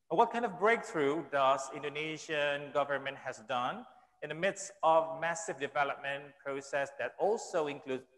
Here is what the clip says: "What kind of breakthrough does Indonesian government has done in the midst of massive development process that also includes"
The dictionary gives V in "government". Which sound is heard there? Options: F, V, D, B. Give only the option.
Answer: V